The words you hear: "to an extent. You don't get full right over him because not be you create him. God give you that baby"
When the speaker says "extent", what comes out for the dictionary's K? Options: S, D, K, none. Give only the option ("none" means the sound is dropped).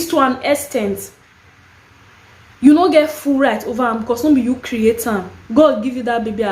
none